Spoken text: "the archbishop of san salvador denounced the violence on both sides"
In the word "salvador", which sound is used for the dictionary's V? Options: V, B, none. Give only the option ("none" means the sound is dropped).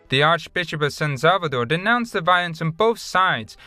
V